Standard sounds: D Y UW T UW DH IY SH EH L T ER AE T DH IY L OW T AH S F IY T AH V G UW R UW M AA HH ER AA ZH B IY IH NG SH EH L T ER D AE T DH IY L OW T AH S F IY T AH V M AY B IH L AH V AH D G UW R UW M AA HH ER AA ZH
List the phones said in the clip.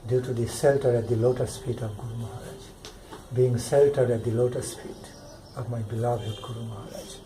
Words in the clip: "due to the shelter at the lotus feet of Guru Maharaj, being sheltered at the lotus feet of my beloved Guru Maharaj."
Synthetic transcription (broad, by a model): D Y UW T UW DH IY S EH L T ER AE T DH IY L OW T AH S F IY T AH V G UW R UW M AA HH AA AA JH B IY IH NG S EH L T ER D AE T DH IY L OW T AH S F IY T AH V M AY B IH L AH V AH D G UW R UW M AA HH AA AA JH